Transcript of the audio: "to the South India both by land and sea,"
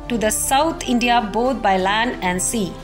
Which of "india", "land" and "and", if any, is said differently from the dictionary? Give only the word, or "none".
none